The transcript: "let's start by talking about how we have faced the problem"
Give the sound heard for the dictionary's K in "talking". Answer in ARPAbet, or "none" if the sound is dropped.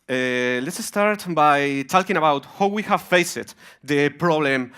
K